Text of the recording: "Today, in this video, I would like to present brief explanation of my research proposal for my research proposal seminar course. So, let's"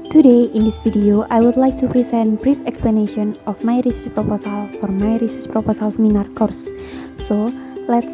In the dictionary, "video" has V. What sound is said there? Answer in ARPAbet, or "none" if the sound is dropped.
F